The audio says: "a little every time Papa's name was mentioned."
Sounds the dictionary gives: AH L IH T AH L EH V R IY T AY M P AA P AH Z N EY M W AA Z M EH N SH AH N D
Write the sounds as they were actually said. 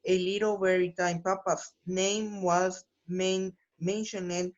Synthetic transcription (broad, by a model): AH L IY T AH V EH R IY T AY M P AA P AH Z N EY M W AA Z M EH N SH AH N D